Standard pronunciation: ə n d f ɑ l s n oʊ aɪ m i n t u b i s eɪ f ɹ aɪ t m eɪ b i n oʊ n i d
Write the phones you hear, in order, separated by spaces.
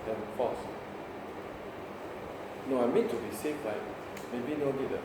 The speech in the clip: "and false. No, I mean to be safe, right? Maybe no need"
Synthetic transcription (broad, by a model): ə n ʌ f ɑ s n oʊ aɪ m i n t u b i s eɪ f l aɪ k m eɪ b i n oʊ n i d